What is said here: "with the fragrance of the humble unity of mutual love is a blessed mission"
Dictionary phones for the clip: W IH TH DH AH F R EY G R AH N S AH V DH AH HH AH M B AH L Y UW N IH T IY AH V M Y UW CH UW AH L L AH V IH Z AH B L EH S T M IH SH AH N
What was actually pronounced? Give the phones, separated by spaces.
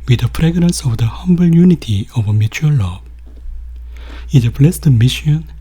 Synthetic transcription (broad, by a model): W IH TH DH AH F R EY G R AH N S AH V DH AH HH AH M B AH L Y UW N IH T IY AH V M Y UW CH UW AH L L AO IH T AH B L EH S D M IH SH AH N